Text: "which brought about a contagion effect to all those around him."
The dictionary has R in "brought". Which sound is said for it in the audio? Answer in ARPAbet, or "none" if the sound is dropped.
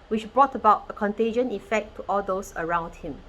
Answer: R